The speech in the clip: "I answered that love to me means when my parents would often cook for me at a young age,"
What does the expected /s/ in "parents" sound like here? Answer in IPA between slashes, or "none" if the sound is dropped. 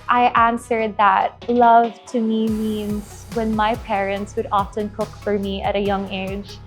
/s/